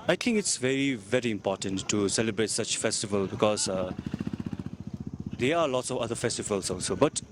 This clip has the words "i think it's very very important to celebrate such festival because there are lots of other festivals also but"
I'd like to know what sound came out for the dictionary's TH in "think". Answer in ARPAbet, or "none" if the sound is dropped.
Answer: T